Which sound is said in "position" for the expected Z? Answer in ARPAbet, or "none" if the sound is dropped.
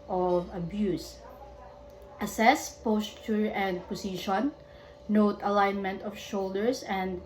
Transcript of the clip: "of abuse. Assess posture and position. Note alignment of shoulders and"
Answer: S